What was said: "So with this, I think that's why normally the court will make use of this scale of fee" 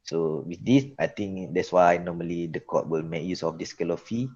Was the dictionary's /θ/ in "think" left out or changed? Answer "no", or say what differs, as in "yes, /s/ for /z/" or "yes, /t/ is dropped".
yes, /t/ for /θ/